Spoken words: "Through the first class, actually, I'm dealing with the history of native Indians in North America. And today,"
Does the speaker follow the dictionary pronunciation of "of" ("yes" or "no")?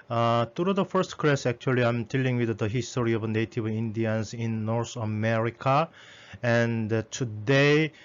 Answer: no